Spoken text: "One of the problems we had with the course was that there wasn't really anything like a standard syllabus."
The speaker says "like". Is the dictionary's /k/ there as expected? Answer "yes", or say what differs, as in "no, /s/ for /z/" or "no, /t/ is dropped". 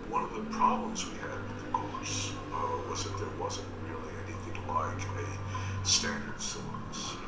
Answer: yes